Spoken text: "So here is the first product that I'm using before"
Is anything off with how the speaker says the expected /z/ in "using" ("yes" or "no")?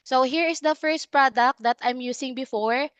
yes